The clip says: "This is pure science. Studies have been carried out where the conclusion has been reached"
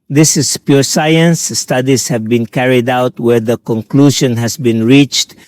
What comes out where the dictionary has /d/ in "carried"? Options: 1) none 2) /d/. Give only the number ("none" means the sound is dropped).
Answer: 2